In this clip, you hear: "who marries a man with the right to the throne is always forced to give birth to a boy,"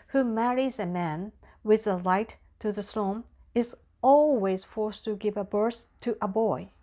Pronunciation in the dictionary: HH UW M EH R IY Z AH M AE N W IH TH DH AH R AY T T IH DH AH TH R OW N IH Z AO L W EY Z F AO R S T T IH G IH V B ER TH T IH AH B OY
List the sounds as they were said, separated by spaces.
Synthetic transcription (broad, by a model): HH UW M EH R IY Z AH M AE N W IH DH AH L AY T T IH DH AH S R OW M IH Z AO L W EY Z F AO R S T T IH G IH V B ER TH T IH AH B OY